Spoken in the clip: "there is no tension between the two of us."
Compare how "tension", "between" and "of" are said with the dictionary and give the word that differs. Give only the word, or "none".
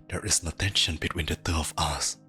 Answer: of